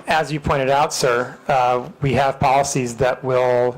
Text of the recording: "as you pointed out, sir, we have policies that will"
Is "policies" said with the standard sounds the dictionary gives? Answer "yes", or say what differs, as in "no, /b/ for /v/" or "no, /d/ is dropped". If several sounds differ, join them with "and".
yes